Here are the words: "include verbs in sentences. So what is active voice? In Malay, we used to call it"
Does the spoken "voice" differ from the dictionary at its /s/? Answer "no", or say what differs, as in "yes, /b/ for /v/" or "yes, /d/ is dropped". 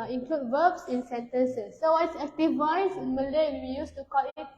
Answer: yes, /s/ is dropped